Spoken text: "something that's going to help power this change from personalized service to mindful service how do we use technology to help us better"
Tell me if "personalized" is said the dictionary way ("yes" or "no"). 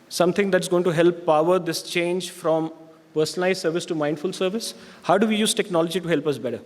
no